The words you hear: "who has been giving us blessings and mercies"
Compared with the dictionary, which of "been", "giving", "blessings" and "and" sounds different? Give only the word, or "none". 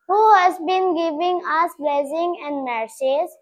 blessings